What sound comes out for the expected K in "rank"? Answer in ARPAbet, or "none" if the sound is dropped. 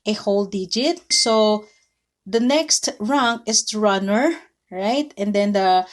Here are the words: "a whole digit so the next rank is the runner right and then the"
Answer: none